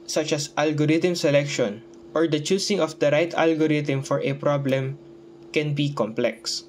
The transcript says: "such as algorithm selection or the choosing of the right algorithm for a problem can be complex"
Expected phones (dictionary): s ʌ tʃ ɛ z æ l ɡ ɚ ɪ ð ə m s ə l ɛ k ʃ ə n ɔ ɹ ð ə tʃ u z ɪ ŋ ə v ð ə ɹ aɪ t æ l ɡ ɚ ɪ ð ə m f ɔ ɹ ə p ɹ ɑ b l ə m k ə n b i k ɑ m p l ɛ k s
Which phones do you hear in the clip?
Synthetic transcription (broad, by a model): s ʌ tʃ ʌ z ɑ l ɡ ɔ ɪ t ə m s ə l ɛ k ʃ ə n ɔ ɹ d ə tʃ u s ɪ ŋ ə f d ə ɹ aɪ t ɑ l ɡ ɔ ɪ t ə m f ɔ ɹ ə p ɹ ɑ b l ə m k ə n b i k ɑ m p l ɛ k s